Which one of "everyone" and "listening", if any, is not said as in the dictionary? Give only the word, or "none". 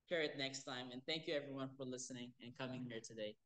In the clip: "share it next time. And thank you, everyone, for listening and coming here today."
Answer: none